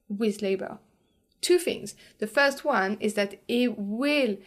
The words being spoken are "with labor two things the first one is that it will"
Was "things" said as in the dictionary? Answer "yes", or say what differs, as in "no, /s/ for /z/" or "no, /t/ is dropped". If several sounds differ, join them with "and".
yes